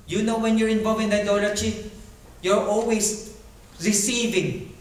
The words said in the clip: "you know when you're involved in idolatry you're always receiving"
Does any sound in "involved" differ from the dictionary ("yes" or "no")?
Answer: yes